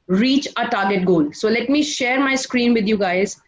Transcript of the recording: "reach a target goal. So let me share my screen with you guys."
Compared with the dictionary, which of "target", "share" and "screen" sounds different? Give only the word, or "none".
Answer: none